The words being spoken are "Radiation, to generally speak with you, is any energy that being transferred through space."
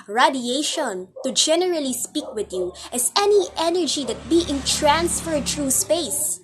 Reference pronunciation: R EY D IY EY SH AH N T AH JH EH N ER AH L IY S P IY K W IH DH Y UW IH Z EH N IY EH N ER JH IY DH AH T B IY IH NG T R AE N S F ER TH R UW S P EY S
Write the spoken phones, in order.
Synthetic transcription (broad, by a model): R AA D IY EY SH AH N T AH JH EH N ER AH L IY S P IY K W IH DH Y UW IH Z EH N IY EH N ER JH IY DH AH T B IY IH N T R AE N S F ER T R UW S P EY S